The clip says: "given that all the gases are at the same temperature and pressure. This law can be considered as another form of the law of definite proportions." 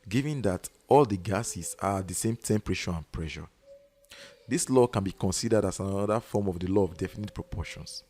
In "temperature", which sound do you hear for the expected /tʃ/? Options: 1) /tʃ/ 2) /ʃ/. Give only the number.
2